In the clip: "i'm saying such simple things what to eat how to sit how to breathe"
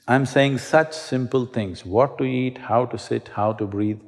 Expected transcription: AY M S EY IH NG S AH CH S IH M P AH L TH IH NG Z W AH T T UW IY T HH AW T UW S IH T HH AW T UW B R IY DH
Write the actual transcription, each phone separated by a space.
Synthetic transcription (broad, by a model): AY M S EY IH NG S AH CH S IH M P AH L T IH NG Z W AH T T UW IY T HH AW T UW S IH T HH AW T UW B R IY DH